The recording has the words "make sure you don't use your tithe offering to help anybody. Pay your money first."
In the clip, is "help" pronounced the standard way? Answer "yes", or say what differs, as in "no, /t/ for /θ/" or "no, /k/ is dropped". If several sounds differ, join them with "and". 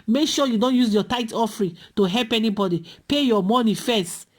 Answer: yes